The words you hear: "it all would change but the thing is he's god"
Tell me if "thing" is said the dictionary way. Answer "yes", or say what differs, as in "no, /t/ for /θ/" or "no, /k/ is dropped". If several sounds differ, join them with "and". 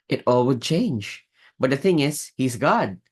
yes